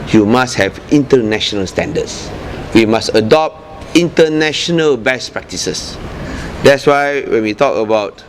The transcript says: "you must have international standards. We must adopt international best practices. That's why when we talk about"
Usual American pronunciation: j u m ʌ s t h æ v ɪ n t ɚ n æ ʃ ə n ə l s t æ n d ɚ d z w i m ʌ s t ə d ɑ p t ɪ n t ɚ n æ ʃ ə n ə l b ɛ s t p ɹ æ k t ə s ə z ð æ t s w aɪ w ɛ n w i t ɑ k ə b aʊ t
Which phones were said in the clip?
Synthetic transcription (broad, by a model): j u m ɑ s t h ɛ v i n t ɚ n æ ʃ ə n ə l s t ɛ n d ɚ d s w i m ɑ s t ə d ɑ p t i n t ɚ n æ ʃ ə n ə l b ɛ s p ɹ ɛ k t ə s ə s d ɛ t s w aɪ w ɛ n w i t ɑ k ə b aʊ t